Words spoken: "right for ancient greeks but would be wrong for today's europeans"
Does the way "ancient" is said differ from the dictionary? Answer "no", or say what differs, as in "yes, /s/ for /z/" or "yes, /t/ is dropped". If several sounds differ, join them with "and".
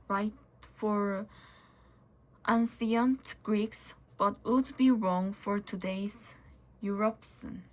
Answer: yes, /s/ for /ʃ/